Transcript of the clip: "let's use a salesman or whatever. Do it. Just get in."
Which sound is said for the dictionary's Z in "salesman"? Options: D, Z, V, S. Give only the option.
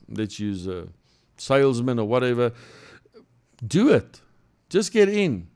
Z